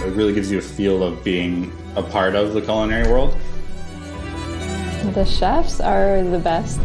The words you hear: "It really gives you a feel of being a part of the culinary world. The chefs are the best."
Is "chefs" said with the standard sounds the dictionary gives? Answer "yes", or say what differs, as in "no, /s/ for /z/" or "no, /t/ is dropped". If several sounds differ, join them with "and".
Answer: yes